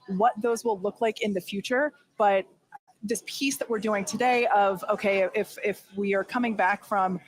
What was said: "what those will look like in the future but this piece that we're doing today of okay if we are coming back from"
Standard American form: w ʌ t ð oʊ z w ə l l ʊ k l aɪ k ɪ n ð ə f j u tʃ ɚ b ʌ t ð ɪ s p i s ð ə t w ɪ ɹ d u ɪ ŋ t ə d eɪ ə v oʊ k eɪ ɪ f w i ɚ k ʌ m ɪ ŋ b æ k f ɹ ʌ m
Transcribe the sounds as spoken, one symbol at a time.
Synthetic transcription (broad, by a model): w ʌ t ð oʊ z w ə l l ʊ k l aɪ k ɪ n ð ə f j u tʃ ɚ b ʌ t ð ɪ s p i s ð ə t w ɪ ɹ d u ɪ ŋ t ə d eɪ ə v oʊ k eɪ ɪ f w i ɚ k ʌ m ɪ ŋ b æ k f ɹ ʌ m